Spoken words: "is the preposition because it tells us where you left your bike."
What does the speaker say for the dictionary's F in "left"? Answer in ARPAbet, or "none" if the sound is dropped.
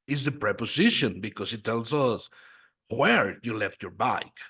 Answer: F